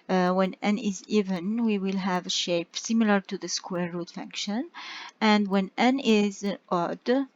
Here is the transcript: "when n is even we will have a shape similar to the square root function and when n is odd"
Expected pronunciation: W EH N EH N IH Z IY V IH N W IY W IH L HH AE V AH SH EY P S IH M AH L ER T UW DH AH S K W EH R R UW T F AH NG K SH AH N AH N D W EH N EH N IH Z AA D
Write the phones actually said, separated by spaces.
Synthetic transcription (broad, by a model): W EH N EH N IH Z IY V IH N W IY W IH L HH AE V AH SH EY P S IH M AH L ER T UW DH AH S K W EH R R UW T F AH NG K SH AH N AH N D W EH N EH N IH Z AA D